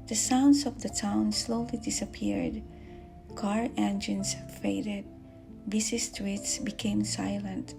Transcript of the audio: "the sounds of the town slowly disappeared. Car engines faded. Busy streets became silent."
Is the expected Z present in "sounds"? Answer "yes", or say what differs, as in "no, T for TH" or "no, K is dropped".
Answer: no, S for Z